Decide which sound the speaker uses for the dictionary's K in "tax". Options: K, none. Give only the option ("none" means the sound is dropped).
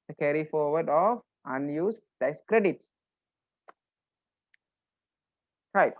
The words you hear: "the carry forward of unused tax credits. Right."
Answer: none